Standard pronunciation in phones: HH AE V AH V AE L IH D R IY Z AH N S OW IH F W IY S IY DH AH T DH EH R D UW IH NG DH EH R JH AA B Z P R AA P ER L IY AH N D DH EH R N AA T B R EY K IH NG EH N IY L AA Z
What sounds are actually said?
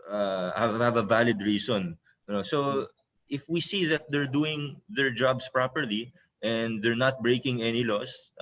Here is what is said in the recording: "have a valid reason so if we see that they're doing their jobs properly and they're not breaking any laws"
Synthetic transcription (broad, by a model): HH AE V AH V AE L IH D R IY S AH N S OW IH F W IY S IY DH AH T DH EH R D UW IH NG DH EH R JH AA B S P R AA P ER L IY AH N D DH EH R N AA T B R EY K IH NG EH N IY L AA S